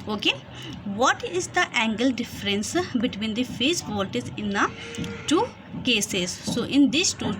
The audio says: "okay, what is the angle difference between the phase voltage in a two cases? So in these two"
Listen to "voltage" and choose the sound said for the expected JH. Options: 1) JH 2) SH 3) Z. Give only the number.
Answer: 3